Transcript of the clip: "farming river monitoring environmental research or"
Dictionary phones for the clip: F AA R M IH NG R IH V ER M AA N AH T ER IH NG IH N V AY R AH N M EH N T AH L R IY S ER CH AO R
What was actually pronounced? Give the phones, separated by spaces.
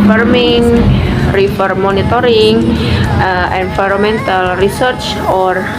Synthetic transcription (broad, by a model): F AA R M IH NG R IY F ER M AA N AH T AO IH NG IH N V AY R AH M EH N T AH L R IY S ER CH AO R